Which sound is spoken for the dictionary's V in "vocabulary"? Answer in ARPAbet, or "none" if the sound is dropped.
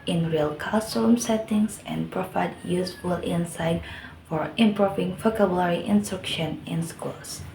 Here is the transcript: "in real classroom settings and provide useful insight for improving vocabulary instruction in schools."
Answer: F